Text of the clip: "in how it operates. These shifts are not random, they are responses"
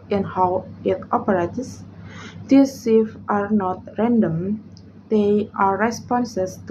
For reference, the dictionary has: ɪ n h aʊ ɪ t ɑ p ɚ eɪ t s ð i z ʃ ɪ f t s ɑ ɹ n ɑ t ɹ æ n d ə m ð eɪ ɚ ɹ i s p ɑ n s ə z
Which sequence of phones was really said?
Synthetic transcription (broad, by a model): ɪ n h aʊ ɪ t ɑ p ɚ eɪ t s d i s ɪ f t ɑ ɹ n ɑ t ɹ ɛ n d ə m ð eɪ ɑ ɹ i s p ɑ n s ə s